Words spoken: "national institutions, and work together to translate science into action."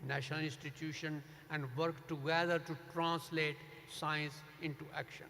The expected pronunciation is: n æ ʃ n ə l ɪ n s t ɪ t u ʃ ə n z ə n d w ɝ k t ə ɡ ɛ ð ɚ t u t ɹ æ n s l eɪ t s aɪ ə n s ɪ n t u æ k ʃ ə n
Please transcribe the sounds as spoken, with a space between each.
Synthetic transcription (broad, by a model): n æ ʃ n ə l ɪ n s t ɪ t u ʃ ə n ə n d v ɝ k t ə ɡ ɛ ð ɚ t u t ɹ æ n s l eɪ t s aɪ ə n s ɪ n t u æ k ʃ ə n